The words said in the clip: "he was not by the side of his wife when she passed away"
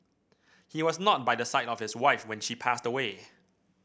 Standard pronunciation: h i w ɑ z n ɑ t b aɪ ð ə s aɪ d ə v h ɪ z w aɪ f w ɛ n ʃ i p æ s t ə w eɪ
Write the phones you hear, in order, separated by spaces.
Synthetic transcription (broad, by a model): h i w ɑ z n ɑ t b aɪ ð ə s aɪ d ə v h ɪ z w aɪ f w ɛ n ʃ i p æ s t ə w eɪ